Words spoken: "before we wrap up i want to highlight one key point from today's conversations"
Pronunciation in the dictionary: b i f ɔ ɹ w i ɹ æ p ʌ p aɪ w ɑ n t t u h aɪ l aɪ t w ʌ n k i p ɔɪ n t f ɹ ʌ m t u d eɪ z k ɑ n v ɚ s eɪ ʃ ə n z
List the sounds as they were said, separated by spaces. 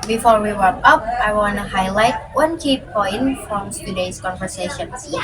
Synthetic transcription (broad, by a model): b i f ɔ ɹ w i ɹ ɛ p ʌ p aɪ w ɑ n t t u h aɪ l aɪ t w ʌ n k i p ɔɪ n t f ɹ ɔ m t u d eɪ s k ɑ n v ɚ s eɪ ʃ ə n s